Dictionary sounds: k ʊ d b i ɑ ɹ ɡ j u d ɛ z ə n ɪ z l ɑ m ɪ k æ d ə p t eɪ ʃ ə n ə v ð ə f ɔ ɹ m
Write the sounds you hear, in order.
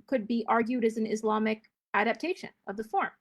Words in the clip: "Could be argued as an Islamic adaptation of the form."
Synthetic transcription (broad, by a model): k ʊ d b i ɑ ɹ ɡ j u d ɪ z n ɪ z l ɑ m ɪ k æ d ə p t eɪ ʃ ə n ə v ð ə f ɔ ɹ m